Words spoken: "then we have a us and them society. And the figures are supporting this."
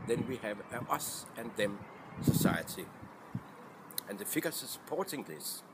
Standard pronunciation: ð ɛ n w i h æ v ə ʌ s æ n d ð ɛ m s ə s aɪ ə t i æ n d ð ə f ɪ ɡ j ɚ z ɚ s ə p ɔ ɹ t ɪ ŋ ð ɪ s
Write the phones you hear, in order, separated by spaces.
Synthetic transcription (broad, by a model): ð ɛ n w i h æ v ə ʌ s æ n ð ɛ m s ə s aɪ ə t i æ n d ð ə f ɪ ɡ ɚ s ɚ s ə p ɔ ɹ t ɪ ŋ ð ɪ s